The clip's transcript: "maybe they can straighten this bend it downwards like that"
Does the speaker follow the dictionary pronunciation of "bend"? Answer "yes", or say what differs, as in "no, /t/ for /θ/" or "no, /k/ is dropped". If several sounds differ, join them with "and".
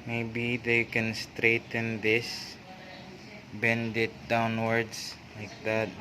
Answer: yes